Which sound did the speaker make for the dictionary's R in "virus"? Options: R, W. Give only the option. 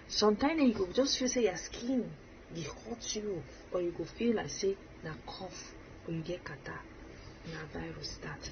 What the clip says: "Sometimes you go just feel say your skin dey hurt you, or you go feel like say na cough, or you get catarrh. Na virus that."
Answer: R